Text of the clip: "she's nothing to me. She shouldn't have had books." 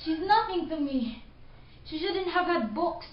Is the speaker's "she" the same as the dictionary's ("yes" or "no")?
yes